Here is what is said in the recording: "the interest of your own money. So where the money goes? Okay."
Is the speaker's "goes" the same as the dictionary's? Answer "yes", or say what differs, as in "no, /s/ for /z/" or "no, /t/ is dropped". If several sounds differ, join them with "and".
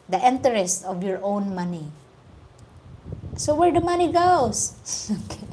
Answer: no, /s/ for /z/